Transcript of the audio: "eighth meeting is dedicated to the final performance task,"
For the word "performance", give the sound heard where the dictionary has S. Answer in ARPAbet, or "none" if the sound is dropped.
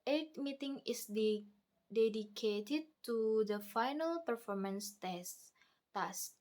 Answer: S